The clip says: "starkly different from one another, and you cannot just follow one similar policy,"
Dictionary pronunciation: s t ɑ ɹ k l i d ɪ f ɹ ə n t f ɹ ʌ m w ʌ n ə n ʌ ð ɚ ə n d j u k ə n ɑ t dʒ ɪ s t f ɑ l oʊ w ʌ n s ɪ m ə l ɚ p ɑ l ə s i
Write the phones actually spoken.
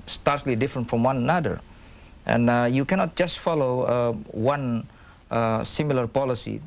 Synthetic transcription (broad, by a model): s t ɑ ɹ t l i d ɪ f ɹ ə n t f ɹ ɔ m w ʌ n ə n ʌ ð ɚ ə n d j u k ə n ɑ t dʒ ɪ s t f ɑ l oʊ w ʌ n s ɪ m ə l ɚ p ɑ l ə s i